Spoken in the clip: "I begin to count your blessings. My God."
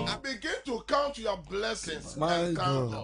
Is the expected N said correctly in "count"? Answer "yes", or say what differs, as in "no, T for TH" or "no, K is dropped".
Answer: yes